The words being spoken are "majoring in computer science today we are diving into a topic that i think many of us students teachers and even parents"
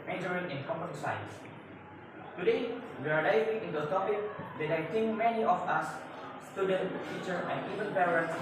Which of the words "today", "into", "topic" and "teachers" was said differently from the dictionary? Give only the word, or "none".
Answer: teachers